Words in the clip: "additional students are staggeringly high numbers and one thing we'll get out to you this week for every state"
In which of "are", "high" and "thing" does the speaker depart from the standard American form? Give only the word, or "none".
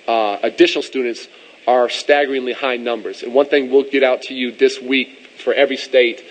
none